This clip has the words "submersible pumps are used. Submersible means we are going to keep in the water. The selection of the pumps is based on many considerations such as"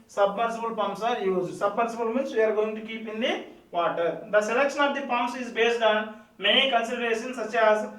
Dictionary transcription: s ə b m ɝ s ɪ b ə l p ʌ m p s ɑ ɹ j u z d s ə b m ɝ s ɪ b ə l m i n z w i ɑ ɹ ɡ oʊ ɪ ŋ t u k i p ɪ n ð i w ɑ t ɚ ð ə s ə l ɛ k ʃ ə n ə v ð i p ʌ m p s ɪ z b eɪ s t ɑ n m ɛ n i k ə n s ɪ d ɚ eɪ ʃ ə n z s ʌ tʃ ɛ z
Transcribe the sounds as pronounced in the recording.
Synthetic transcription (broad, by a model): s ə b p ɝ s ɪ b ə l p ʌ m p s ɑ ɹ j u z s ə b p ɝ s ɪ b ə l m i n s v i ɑ ɹ ɡ oʊ ɪ ŋ t u k i p ɪ n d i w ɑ t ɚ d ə s ə l ɛ k ʃ ə n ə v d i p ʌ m s ɪ z b eɪ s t ɑ n m ɛ n i k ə n s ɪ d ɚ eɪ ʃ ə n s ʌ tʃ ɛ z